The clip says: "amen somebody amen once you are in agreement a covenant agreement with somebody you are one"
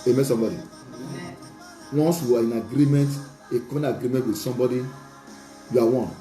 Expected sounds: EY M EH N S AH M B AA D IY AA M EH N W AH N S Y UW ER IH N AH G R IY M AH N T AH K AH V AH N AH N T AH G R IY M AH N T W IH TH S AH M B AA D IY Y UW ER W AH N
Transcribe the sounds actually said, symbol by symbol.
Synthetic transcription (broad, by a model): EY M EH S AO M B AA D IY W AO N S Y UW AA IH N AH G R IY M AH N T AH K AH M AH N AH G R IY M AH N T W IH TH S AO M B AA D IY Y UW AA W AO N